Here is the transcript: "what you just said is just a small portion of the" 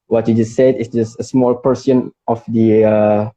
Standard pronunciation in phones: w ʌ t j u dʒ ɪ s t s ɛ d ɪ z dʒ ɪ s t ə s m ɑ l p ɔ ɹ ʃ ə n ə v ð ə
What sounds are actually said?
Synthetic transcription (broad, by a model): w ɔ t j u dʒ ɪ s s ɛ d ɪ s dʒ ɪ s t ə s m ɑ l p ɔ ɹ s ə n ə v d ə